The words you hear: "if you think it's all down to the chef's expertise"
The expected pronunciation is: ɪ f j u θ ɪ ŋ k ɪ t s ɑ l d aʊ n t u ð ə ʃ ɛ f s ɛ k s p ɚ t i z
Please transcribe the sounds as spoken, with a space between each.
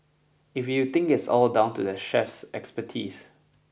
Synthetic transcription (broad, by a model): ɪ f j u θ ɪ ŋ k ɪ t s ɑ l d aʊ n t u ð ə ʃ ɛ f s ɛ k s p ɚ t i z